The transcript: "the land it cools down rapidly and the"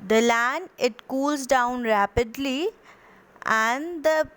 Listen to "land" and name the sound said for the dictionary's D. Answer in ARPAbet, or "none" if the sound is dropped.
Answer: none